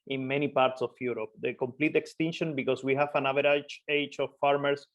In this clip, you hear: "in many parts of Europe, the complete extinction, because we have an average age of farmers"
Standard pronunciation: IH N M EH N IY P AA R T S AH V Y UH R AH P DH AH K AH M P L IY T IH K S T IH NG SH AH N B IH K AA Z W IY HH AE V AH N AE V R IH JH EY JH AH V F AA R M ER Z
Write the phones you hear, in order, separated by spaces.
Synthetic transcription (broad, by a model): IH N M EH N IY P AA R T S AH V Y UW R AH P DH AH K AH M P L IY T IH K S T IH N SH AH N B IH K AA S W IY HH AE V AH N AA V R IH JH EY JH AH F AA R M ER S